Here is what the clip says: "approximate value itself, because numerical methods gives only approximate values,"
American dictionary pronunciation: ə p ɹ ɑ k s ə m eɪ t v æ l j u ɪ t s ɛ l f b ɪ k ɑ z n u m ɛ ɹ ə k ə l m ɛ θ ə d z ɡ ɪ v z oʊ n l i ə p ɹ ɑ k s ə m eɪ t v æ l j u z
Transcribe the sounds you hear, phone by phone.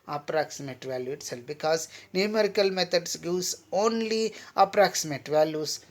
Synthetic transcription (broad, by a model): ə p ɹ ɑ k s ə m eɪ t v æ l j u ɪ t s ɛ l b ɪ k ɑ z n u m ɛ ɹ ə k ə l m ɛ t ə d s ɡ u z oʊ n l i ə p ɹ ɑ k s ə m eɪ t v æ l j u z